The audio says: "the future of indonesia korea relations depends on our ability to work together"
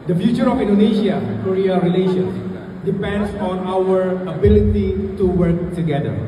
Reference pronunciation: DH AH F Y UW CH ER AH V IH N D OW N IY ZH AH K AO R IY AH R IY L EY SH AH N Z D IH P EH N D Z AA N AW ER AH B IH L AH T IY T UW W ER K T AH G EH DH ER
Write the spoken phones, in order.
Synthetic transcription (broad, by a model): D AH F Y UW CH ER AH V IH N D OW N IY SH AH K AO R IY AH R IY L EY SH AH N S D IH P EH N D S AA N AW ER AH B IH L AH T IY T UW W ER K T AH G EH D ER